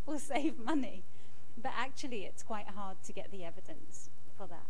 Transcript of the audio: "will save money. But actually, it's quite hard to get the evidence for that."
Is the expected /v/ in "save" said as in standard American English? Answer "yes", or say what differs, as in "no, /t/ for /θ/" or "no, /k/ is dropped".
yes